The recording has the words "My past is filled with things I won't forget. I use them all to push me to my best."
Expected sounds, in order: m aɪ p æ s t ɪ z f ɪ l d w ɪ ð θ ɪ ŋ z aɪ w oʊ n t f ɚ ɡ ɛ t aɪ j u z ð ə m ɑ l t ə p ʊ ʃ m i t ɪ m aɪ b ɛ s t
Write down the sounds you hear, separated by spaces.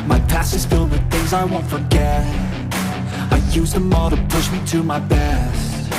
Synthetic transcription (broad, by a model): m aɪ p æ s ɪ z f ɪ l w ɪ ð θ ɪ ŋ z aɪ w oʊ n t f ɚ ɡ ɛ t aɪ j u z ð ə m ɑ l t ə p ʊ ʃ m i t ɪ m aɪ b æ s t